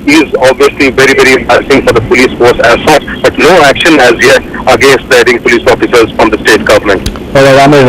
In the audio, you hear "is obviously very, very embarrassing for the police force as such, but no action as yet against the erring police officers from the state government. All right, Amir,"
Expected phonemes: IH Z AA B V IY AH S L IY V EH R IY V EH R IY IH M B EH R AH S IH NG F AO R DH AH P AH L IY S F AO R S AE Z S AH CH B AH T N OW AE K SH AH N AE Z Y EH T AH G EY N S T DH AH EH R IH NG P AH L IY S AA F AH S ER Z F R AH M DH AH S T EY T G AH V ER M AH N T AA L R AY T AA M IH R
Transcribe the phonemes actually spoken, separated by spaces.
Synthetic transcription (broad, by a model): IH Z AA B V IY AH S L IY V EH R IY V EH R IY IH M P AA AH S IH NG F AO R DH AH P AH L IY S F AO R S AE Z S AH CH B AH T N OW AE K SH AH N AE Z Y EH T AH G EY N S T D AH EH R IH NG P AH L IY S AA F AH S ER Z F R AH M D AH S T EY T G AH V ER M AH N T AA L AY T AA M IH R